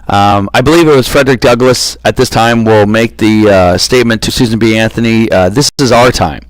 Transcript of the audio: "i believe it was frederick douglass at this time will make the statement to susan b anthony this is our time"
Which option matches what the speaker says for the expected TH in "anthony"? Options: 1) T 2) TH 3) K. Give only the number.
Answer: 2